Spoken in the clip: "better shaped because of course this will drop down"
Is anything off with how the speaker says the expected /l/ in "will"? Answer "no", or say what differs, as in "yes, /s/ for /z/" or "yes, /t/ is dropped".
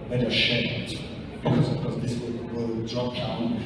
yes, /w/ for /l/